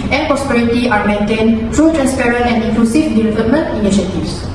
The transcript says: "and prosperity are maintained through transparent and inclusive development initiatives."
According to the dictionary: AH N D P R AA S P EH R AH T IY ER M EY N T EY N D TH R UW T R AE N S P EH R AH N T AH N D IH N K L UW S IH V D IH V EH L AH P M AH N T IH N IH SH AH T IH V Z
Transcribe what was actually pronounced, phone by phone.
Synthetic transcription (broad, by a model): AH N P R AA S P EH R AH T IY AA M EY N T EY N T R UW T R AE N S P EH R AH N T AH N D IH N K L UW S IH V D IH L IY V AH M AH N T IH N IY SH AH T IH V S